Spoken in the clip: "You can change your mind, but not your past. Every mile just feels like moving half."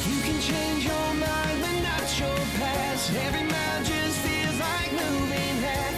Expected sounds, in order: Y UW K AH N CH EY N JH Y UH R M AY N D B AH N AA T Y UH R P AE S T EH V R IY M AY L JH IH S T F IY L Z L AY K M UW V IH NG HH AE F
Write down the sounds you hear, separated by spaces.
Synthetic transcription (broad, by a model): Y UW K AH N CH EY N JH Y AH R M AY N D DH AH N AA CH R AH L P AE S EH V R IY M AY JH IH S F IY L Z L AY K M UW V IH NG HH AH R